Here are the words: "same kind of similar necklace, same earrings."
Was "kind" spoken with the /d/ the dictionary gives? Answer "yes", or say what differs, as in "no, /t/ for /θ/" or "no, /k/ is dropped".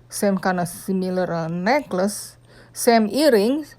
no, /d/ is dropped